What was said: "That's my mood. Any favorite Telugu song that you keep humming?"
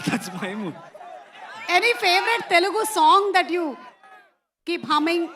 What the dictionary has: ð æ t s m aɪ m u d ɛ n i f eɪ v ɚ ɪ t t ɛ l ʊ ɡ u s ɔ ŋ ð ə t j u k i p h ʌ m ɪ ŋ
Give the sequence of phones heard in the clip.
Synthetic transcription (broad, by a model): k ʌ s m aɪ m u ɛ n i f eɪ v ɚ ɪ t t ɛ l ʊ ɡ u s ɔ ŋ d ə t j u k i p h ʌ m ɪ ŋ